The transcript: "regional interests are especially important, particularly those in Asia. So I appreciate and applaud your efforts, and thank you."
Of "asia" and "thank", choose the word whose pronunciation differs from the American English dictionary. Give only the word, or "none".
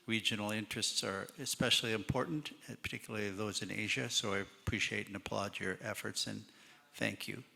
none